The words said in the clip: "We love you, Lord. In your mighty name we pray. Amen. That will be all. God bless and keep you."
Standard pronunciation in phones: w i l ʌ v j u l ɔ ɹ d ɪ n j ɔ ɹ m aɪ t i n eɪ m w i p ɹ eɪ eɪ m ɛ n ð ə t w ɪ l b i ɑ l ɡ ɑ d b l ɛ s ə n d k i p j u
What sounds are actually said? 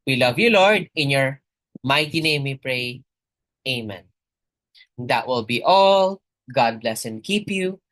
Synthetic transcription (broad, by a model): w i l ʌ v j u l ɔ ɹ d ɪ n j ɔ ɹ m aɪ t i n eɪ m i p ɹ eɪ eɪ m ɛ n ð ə t w ɪ l b i ɑ l ɡ ɑ d b l ɛ s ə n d k i p j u